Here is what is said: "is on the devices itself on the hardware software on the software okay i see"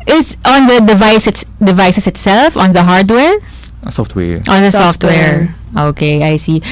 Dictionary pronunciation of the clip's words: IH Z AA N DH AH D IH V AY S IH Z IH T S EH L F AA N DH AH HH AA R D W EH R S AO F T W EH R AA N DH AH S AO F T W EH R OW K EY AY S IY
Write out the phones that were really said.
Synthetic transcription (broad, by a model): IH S AA N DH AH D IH V AY S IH S IH T S EH L F AA N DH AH HH AA R D W EH R S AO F T W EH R AA N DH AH S AO F T W EH R OW K EY AY S IY